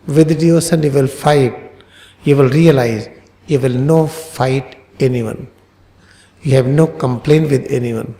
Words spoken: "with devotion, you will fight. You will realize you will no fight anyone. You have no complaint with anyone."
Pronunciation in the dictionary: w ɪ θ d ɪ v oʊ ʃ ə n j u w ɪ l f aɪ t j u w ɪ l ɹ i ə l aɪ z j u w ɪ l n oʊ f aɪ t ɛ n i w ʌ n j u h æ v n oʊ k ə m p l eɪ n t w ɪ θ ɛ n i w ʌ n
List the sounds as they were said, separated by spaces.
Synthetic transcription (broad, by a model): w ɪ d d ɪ oʊ s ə n j u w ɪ l f aɪ t j u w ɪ l ɹ i ə l aɪ z j u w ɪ l n oʊ f aɪ t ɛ n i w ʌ n j u h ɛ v n oʊ k ə m p l eɪ n t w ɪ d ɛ n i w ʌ n